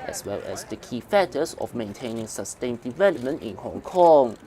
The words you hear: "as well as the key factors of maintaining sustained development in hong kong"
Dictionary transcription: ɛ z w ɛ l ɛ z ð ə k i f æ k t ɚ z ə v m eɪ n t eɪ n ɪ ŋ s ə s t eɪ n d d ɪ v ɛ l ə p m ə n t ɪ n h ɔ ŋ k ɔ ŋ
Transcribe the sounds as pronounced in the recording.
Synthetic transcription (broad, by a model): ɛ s w ɛ l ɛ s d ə k i f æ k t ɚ s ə f m eɪ n t eɪ n ɪ ŋ s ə s t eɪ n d d ɪ v ɛ l ə p m ə n t ɪ n h ɔ ŋ k ɔ ŋ